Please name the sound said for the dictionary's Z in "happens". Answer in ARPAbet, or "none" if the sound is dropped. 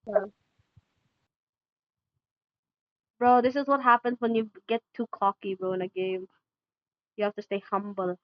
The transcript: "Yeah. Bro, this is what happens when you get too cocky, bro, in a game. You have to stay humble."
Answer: Z